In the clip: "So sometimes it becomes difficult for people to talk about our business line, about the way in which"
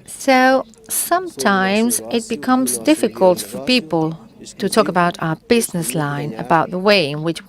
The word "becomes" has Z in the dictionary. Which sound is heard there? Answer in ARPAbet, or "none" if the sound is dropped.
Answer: Z